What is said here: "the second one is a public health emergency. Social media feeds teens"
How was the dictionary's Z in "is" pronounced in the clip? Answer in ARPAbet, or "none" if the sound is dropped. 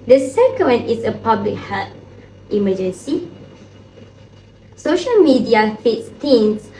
S